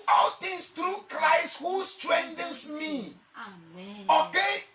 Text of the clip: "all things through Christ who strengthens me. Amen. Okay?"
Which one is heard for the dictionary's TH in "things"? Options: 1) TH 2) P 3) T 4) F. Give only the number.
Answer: 3